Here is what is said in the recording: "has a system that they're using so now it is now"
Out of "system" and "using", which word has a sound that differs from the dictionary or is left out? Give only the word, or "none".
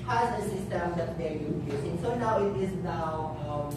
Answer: using